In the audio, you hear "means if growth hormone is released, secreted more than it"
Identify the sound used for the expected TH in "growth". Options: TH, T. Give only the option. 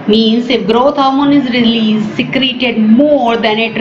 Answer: T